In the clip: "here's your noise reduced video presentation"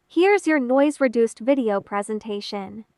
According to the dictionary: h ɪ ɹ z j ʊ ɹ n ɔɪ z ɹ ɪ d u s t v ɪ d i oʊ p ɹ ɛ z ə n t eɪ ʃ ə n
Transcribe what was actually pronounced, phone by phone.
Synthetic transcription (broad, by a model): h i ɹ z j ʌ ɹ n ɔɪ z ɹ ɪ d u s t v ɪ d i oʊ p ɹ ɛ z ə n t eɪ ʃ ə n